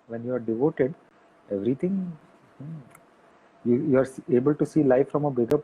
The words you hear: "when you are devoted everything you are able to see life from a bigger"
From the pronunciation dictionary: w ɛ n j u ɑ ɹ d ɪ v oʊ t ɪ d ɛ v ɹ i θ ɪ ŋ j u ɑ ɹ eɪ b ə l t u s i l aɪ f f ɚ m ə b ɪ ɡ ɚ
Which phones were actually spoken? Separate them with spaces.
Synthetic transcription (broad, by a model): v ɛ n j u ɑ ɹ d ɪ v oʊ t ɪ d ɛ v ɹ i t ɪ ŋ j u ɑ ɹ eɪ b ə l t u s i l aɪ f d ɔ m ə b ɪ ɡ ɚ